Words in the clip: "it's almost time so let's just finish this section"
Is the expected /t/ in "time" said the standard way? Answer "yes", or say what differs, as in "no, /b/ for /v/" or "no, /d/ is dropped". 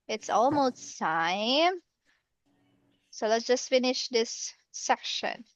no, /s/ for /t/